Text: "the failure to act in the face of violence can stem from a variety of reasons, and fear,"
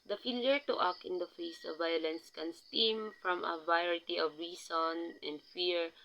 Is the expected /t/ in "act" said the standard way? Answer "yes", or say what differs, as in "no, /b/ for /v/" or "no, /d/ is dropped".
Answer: no, /t/ is dropped